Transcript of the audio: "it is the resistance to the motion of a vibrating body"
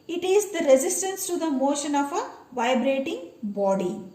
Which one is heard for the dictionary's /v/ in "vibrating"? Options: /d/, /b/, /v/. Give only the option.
/v/